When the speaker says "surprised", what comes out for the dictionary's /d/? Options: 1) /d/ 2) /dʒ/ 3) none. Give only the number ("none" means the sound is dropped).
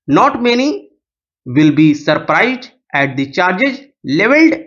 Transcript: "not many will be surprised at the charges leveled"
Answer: 1